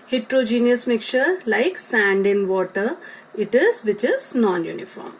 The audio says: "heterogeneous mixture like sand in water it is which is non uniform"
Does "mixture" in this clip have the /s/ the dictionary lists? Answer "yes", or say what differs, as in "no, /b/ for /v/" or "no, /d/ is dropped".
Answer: no, /s/ is dropped